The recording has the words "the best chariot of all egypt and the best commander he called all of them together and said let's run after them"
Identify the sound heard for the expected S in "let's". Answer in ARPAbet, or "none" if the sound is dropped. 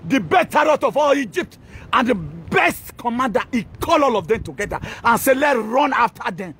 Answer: none